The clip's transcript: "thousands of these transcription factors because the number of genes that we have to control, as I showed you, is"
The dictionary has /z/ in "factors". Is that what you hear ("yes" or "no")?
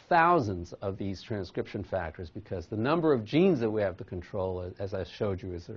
yes